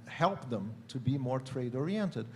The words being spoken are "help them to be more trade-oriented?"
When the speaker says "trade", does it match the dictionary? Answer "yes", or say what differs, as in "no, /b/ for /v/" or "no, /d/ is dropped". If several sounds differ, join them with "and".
yes